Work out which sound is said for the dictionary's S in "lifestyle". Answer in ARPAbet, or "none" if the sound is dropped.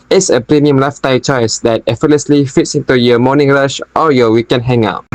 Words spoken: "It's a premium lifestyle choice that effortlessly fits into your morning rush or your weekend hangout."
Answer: none